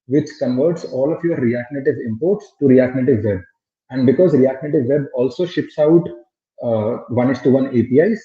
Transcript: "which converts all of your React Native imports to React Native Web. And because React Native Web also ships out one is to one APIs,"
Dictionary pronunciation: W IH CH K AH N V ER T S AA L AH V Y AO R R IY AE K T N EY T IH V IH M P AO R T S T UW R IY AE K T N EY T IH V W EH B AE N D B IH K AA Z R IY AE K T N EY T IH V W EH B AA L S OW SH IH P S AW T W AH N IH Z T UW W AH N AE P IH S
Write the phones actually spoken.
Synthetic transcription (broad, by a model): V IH CH K AH N V ER T S AA L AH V Y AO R R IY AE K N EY T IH V IH M P AO R T S T UW R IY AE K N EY T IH V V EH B AE N D B IH K AA Z R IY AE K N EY T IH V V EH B AA L S OW SH IH P S AW T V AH N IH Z T UW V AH N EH P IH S